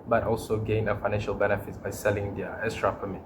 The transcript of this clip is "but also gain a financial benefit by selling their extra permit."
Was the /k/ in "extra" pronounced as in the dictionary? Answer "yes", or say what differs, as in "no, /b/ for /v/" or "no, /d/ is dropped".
no, /k/ is dropped